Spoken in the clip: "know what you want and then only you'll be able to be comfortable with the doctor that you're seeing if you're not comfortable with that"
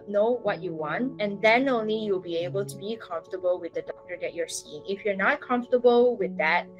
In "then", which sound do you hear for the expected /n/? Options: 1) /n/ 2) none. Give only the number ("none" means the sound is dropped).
1